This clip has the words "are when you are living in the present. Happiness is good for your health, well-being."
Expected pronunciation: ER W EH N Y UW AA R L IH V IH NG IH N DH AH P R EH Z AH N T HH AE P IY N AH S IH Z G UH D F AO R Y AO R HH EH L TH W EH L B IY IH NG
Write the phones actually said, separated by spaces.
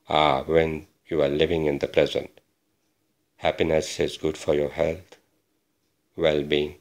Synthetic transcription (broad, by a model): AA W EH N Y UW AA R L IH V IH NG IH N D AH P R EH Z AH N T HH AE P IY N AH S IH Z G UH D F AO R Y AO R HH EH L T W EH L B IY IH NG